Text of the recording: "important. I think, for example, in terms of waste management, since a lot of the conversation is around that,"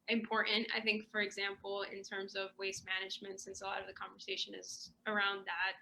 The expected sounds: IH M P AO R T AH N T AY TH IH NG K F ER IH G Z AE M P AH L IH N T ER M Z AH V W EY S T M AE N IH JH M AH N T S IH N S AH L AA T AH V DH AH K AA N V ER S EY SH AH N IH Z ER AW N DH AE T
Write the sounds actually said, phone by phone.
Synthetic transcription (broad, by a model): IH M P AO R T N T AY TH IH NG K F ER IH G Z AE M P L IH N T ER M Z AH V W EY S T M AE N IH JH M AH N T S IH N S AH L AA T AH V DH AH K AA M V ER S EY SH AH N IH Z ER AW N DH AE T